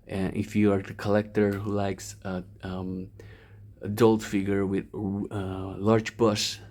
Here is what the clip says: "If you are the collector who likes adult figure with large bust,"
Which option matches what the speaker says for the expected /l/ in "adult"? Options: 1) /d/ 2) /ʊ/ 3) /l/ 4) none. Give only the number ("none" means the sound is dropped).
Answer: 3